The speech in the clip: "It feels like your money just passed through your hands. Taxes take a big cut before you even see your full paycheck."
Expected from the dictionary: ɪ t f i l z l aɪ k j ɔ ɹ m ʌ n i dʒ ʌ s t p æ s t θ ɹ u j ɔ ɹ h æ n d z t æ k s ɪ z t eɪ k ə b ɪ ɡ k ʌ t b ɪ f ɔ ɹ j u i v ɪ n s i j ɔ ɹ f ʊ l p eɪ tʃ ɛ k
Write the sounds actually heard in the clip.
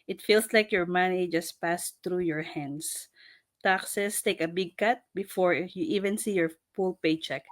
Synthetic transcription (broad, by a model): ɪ t f i l s l aɪ k j ɔ ɹ m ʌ n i dʒ ʌ s t p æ s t ɹ u j ɔ ɹ h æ n d s t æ k s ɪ s t eɪ k ə b ɪ ɡ k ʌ t b ɪ f ɔ ɹ j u i v ɪ n s i j ɔ ɹ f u l p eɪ tʃ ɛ k